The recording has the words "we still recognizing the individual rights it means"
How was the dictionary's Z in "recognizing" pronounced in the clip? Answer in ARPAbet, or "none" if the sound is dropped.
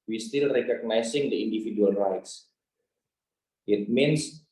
S